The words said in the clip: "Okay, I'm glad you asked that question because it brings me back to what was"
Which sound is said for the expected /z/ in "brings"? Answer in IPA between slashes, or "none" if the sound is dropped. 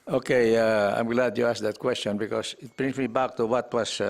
none